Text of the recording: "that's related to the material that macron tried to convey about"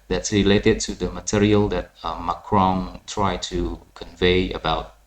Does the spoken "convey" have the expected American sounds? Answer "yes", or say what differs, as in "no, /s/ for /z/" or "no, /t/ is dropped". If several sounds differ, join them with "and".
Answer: yes